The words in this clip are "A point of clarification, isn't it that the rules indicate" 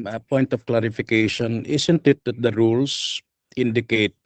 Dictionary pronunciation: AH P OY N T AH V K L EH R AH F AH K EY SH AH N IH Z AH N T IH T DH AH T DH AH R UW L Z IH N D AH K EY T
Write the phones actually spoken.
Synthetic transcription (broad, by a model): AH P OY N T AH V K L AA R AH F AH K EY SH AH N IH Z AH N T IH T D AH T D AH R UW L S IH N D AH K EY T